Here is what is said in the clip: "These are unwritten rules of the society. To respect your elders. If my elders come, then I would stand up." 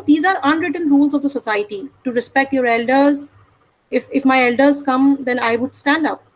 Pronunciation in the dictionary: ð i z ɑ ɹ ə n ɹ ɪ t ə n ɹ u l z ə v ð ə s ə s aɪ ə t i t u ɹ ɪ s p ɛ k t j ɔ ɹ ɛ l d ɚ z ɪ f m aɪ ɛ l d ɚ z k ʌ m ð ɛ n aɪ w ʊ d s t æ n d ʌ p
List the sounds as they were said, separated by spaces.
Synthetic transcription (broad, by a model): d i z ɑ ɹ ə n ɹ ɪ t ə n ɹ u l z ə v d ə s ə s aɪ ə t i t u ɹ ɪ s p ɛ k t j ɔ ɹ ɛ l d ɚ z ɪ f m aɪ ɛ l d ɚ z k ʌ m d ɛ n aɪ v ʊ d s t æ n d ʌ p